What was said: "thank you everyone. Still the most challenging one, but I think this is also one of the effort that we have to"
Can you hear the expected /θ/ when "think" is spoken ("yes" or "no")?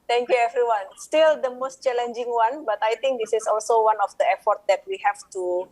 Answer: no